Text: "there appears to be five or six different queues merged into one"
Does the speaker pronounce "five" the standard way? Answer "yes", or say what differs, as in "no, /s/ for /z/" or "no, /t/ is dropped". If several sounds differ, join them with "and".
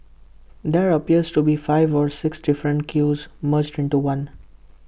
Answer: yes